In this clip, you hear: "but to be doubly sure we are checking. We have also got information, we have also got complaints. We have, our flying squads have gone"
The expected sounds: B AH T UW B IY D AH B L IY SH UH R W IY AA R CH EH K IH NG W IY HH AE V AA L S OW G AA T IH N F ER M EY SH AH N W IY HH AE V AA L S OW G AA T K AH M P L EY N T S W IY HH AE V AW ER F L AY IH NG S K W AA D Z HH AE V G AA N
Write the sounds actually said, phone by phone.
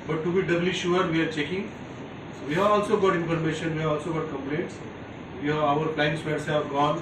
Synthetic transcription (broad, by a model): B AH T UW B IY D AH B L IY SH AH R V IY AA R CH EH K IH NG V IY HH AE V AA L S OW G AA T IH N F ER M EY SH AH N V IY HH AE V AA L S OW G AA T K AH M P L EY N T S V IY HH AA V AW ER P L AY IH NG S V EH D S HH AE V G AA N